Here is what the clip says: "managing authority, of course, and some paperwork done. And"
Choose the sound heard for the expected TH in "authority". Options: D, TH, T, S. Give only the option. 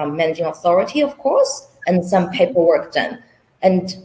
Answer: TH